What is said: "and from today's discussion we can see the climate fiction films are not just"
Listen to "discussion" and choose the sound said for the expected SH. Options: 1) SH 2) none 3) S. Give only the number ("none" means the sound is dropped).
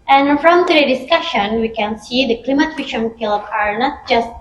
1